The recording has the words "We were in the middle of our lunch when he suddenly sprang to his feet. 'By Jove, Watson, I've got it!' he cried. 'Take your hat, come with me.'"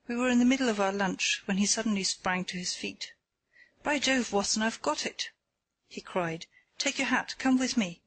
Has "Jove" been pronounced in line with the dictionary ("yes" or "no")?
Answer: yes